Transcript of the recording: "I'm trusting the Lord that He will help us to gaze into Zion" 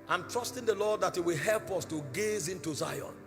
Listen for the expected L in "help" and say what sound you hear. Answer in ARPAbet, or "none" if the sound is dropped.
L